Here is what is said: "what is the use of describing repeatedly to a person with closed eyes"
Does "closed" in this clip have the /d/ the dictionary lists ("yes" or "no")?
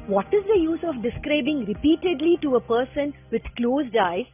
yes